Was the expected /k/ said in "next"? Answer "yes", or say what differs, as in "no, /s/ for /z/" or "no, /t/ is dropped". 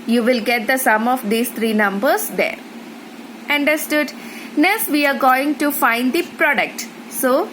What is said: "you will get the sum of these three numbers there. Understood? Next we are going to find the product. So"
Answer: no, /k/ is dropped